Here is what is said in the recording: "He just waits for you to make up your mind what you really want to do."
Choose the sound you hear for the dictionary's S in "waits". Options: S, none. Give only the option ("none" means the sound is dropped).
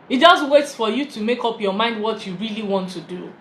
none